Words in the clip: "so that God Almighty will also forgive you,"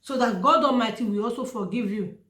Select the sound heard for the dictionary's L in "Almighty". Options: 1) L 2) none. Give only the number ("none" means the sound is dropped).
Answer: 2